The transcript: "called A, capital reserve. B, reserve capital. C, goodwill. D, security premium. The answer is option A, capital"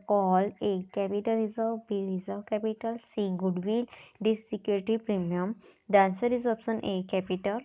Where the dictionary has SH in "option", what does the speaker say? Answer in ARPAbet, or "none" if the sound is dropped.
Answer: S